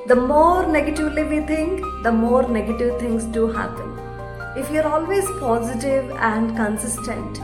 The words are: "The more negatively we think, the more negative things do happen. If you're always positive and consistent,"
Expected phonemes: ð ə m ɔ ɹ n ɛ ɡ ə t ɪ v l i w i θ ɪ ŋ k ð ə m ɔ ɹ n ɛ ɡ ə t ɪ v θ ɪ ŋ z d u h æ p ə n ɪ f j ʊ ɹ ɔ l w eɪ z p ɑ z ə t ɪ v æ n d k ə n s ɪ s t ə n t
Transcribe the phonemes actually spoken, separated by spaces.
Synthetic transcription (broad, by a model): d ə m ɔ ɹ n ɛ ɡ ə t ɪ v l i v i t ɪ ŋ k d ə m ɔ ɹ n ɛ ɡ ə t ɪ v t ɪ ŋ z d u h æ p ə n ɪ f j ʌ ɹ ɔ l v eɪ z p ɑ z ə t ɪ v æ n d k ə n s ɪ s t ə n t